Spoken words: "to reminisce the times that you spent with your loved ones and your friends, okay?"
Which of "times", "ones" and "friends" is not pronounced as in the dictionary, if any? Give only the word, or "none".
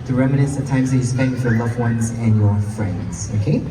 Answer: none